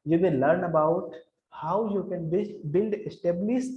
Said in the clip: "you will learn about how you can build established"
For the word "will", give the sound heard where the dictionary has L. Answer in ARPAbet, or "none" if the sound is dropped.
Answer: N